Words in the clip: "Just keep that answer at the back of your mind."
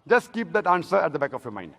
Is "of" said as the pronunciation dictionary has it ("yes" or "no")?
no